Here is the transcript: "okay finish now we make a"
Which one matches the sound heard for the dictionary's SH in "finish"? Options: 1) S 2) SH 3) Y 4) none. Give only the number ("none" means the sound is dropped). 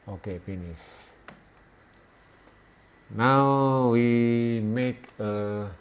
1